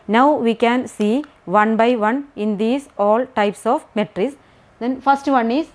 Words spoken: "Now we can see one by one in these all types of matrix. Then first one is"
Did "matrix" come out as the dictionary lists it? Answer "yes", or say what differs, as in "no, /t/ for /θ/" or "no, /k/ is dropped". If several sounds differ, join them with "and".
no, /k/ is dropped